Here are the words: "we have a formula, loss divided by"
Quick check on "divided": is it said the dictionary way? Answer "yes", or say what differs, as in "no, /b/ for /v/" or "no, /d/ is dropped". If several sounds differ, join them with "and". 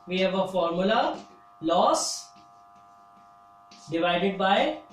yes